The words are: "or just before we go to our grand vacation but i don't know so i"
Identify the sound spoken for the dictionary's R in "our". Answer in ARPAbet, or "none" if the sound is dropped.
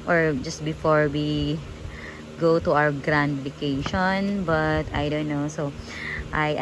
W